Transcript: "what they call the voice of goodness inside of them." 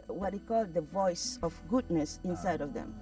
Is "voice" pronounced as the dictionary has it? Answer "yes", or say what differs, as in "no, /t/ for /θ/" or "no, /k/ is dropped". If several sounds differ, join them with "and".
yes